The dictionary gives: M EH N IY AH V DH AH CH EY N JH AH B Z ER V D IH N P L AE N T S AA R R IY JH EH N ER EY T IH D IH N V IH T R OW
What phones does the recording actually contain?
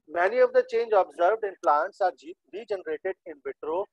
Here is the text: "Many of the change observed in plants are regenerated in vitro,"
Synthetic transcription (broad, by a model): M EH N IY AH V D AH CH EY N JH AH B Z ER V D IH N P L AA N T S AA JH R IY JH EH N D EY T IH D IH N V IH T R OW